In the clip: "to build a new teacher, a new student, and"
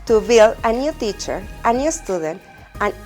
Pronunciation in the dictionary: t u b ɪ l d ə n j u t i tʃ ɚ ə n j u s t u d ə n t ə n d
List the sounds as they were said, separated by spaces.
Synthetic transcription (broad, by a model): t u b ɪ l ə n j u t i tʃ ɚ ə n j u s t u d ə n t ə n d